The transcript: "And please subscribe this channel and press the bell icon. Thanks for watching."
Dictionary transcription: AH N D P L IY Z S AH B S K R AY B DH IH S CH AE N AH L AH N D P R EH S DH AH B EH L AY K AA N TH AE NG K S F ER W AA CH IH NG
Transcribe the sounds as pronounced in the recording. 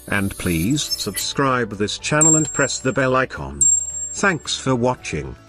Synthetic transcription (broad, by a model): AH N P L IY Z S AH B S K R AY B DH IH S CH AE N L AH N P R EH S DH AH B EH L AY K AA N TH AE NG K S F ER W AA CH IH NG